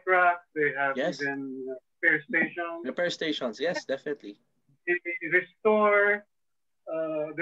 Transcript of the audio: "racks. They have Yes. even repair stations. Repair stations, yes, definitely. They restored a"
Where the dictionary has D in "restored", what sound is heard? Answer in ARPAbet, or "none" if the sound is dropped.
none